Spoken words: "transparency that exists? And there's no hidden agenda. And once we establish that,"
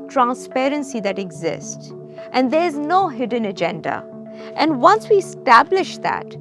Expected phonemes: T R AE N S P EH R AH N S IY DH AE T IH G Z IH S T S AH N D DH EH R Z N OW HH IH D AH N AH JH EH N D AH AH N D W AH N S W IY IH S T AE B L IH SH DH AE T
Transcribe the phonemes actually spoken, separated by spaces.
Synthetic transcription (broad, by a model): T R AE N S P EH R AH N S IY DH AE T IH G Z IH S T S AH N D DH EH R Z N OW HH IH D AH N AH JH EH N D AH AH N D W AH N S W IY IH S T AE B L IH SH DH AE T